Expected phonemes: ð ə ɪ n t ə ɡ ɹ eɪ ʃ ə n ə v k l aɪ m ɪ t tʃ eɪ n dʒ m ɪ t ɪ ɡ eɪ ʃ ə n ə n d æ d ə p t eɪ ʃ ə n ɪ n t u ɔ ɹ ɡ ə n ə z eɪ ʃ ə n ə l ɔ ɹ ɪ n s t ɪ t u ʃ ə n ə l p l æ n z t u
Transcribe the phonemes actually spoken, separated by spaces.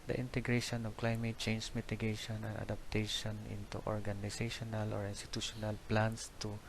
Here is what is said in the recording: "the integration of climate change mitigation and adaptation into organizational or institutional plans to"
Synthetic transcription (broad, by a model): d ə ɪ n t ə ɡ ɹ eɪ ʃ ə n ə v k l aɪ m ɪ t tʃ eɪ n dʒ m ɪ t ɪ ɡ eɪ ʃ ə n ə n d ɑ d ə p t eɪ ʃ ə n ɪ n t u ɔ ɹ ɡ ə n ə s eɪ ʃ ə n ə l ɔ ɹ ɪ n s t ɪ t u ʃ ə n ə l p l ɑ n s t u